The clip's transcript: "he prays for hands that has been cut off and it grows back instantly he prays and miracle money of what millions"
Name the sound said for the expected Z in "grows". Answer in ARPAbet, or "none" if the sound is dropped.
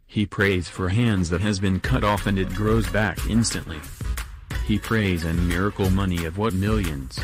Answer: Z